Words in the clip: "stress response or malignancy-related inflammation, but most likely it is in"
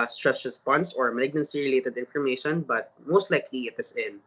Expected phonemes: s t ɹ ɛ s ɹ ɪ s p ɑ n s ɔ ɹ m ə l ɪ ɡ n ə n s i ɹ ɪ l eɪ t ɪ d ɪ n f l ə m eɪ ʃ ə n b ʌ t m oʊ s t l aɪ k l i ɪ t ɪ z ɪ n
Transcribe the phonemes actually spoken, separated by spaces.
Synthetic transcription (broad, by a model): s t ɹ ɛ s ɹ ɪ s p ɑ n s ɔ ɹ m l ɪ ɡ n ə n s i ɹ ɪ l eɪ t ɪ d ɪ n f ə m eɪ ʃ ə n b ʌ t m oʊ s t l aɪ k l i ɪ t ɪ s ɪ n